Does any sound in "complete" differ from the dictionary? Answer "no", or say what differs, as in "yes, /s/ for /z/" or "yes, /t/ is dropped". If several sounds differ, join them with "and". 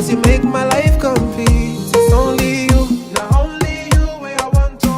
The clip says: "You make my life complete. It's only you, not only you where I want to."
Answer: yes, /t/ is dropped